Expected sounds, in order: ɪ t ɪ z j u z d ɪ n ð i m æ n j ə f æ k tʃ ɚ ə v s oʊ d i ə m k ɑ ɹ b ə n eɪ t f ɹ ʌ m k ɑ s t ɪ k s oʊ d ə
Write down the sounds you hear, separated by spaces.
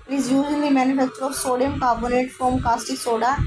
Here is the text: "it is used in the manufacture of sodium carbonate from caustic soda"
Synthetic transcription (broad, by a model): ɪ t ɪ z j u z ɪ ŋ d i m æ n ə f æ k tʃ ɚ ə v s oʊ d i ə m k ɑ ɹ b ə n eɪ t f ɹ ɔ m k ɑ s t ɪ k s oʊ d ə